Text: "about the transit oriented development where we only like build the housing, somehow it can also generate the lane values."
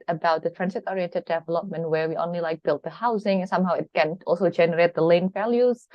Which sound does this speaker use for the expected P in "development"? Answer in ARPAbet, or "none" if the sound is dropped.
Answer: P